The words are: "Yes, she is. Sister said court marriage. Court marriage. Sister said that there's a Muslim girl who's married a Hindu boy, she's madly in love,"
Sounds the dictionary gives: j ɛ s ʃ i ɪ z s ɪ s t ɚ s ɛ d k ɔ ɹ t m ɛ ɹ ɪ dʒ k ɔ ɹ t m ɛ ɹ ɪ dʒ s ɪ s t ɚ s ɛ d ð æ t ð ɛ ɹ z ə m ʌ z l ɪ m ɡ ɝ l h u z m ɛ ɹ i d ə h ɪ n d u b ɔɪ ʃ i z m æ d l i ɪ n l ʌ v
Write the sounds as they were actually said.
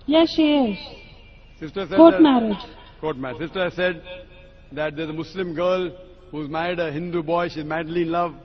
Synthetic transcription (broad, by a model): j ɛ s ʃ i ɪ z s ɪ s t ɚ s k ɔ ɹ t m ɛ ɹ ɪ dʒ k ɔ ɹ t m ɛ ɹ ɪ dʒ s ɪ s t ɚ s ɛ d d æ t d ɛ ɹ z ə m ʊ s l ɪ m ɡ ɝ l h u z m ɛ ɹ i d ə h ɪ n d u b ɔɪ ʃ i z m æ d l i ɪ n l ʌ v